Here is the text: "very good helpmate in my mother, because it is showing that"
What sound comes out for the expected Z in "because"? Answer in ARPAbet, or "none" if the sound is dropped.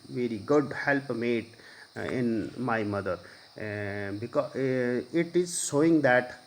none